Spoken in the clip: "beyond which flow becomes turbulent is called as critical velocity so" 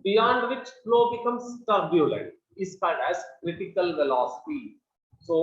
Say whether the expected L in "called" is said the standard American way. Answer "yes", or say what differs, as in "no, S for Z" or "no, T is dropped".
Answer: no, L is dropped